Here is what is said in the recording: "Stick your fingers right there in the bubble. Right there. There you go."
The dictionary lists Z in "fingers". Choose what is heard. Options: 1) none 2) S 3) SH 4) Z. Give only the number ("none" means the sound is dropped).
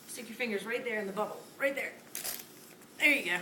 4